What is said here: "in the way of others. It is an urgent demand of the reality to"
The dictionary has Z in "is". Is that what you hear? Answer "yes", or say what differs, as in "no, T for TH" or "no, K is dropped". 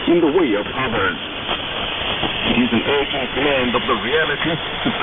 yes